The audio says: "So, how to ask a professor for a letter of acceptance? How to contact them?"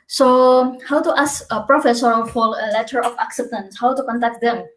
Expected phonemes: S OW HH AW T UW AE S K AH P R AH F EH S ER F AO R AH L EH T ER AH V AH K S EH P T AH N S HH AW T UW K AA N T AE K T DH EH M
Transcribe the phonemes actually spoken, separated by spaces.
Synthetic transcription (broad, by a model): S OW HH AW T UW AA S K AH P R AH F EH S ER F AO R AH L EH T ER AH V AH K S EH P T AH N S HH AW T UW K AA N T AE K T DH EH M